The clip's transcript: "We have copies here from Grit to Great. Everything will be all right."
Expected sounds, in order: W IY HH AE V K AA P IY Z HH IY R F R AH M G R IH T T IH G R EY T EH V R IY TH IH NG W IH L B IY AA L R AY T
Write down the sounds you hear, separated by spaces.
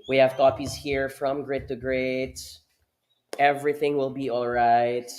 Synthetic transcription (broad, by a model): W IY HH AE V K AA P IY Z HH IY R F R AH M G R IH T T IH G R EY T EH V R IY TH IH NG W IH L B IY AA L R AY T